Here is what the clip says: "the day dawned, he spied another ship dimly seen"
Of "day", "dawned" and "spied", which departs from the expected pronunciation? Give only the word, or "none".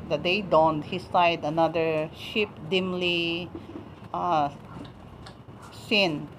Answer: spied